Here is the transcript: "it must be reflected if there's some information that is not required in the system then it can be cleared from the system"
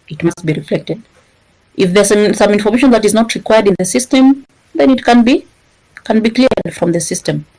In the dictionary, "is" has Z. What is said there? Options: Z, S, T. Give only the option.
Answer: Z